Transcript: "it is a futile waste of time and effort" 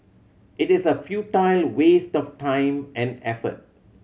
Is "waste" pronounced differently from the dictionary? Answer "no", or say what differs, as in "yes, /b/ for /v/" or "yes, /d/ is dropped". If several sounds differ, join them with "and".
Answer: no